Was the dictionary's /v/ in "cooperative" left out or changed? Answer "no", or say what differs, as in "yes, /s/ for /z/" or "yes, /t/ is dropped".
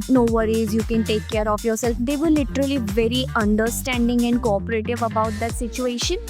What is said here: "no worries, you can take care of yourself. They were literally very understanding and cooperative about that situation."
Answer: no